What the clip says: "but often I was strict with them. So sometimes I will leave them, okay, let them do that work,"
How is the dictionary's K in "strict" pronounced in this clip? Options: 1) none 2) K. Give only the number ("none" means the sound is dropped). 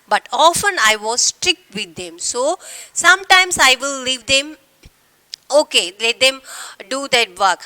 2